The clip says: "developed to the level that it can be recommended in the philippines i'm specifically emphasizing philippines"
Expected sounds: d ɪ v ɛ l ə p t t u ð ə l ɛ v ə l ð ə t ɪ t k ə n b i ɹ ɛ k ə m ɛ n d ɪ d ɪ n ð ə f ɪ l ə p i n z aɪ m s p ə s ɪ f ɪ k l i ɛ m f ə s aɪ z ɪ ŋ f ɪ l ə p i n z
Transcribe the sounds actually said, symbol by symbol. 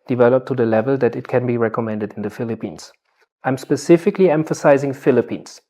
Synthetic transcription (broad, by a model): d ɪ v ɛ l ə p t t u ð ə l ɛ v ə l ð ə t ɪ t k ə n b i ɹ ɛ k ə m ɛ n d ɪ d ɪ n ð ə f ɪ l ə p i n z aɪ m s p ə s ɪ f ɪ k l i ɛ m f ə s aɪ z ɪ ŋ f ɪ l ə p i n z